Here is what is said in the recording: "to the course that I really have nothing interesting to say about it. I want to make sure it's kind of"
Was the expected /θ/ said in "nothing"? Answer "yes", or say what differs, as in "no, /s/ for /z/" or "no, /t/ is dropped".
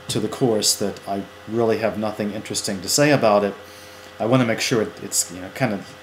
yes